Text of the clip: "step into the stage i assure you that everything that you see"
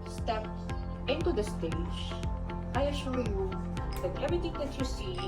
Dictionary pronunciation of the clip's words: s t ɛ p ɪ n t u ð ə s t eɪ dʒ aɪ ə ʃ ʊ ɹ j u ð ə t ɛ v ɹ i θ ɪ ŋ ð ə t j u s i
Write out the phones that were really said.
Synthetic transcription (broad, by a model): s t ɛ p ɪ n t u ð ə s t eɪ dʒ aɪ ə ʃ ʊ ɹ j u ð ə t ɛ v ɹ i t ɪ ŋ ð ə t j u s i